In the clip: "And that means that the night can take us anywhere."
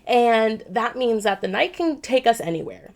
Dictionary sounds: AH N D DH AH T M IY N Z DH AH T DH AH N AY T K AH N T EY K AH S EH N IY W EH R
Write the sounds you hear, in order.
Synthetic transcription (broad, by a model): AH N DH AH T M IY N Z DH AH T DH AH N AY T K AH N T EY K AH S EH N IY W EH R